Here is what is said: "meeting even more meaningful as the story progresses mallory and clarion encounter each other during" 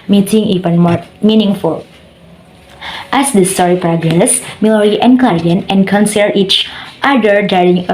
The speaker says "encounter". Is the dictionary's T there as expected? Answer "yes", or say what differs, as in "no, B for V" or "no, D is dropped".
no, S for T